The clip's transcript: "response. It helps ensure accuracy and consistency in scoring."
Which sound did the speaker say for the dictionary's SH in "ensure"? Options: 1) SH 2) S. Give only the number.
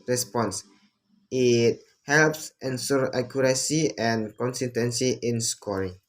2